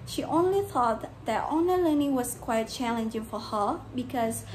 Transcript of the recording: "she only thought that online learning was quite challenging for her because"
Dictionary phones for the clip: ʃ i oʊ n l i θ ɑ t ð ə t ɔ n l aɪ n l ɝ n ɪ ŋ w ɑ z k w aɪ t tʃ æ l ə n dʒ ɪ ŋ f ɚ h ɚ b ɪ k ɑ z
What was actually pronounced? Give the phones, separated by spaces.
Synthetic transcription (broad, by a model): ʃ i oʊ n l i θ ɑ t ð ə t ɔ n ʌ l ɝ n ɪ w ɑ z k w aɪ t tʃ æ l ə n dʒ ɪ ŋ f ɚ h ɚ b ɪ k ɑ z